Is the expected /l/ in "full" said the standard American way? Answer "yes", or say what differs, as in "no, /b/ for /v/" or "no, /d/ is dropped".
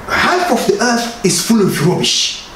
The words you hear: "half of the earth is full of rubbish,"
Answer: yes